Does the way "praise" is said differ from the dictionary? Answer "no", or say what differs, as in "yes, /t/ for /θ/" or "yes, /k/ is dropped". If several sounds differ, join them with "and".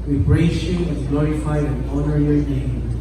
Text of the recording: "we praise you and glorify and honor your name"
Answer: yes, /b/ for /p/